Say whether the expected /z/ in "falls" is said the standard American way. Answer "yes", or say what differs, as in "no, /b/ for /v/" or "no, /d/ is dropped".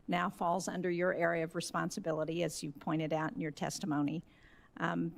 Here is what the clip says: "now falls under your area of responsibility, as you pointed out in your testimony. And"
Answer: yes